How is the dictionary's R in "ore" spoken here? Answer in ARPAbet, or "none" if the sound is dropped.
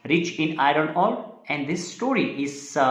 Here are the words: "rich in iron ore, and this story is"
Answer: L